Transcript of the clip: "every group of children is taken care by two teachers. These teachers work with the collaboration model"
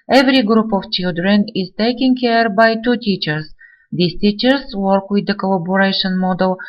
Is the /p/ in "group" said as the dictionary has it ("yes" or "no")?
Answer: yes